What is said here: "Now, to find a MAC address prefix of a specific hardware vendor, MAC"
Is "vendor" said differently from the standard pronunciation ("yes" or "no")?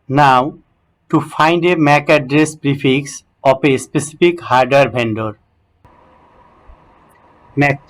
yes